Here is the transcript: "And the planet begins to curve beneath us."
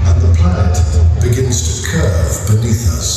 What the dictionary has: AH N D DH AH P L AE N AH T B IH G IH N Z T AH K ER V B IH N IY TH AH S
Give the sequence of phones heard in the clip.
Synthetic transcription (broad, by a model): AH N DH AH P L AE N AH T B IH G IH N Z T AH K ER V B IH N IY TH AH S